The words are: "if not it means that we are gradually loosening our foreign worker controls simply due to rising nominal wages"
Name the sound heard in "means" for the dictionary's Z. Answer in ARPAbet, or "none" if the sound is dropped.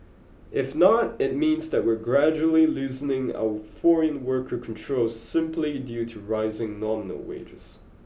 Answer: Z